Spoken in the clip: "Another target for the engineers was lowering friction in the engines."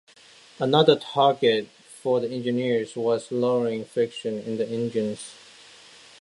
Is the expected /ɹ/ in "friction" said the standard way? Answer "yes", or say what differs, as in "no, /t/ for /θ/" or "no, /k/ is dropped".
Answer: no, /ɹ/ is dropped